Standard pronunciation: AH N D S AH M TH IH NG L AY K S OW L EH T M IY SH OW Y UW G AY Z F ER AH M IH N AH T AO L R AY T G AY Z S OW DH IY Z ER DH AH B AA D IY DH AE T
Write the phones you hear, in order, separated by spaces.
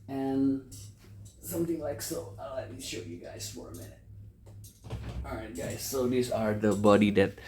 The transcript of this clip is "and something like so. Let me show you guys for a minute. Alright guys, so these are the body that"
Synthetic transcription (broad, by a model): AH N S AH M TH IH NG L AY K S OW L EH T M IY SH OW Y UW G AY Z F ER AH M IH N AH T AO R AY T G AY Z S OW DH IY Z ER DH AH B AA D IY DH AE T